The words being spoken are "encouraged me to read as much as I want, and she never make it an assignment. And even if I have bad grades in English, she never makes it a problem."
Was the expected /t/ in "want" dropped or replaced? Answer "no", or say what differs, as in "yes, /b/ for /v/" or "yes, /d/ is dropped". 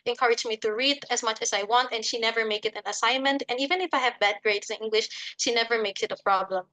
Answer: no